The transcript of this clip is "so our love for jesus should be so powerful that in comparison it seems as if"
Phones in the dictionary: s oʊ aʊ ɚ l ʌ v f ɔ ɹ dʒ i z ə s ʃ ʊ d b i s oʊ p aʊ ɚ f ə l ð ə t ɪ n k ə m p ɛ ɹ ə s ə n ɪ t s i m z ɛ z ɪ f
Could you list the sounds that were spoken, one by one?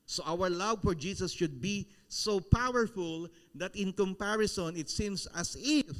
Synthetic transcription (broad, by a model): s oʊ aʊ ɚ l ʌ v f ɔ ɹ dʒ i s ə s ʃ ʊ d b i s oʊ p aʊ ɚ f ə l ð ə t ɪ n k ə m p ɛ ɹ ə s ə n ɪ t s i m s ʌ s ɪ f